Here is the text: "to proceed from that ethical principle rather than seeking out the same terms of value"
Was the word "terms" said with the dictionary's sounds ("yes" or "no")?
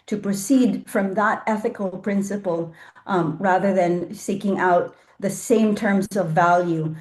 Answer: yes